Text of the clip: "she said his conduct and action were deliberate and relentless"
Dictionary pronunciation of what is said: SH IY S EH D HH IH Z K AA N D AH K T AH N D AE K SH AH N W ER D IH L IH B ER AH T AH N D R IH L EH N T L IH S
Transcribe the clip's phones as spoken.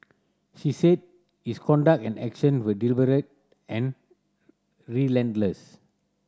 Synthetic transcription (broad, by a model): SH IY S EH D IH S K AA N D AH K AH N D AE K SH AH N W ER D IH L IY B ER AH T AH N R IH L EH N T L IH S